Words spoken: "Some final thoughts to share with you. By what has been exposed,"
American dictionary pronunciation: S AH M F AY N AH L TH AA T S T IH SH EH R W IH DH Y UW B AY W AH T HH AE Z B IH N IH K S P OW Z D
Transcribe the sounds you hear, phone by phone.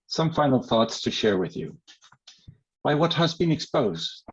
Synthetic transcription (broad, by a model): S AH M F AY N L TH AA T S T IH SH EH R W IH DH Y UW B AY W AH T HH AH Z B IH N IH K S P OW Z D